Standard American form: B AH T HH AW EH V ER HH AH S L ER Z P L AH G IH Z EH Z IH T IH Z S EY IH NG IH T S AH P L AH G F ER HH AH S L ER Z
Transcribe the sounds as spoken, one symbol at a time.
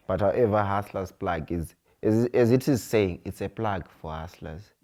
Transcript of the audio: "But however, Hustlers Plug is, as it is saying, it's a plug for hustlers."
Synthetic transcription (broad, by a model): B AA T HH AW EH V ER HH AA S L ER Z P L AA G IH Z EH Z IH T IH Z S EY IH NG IH T S AH P L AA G F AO HH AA S L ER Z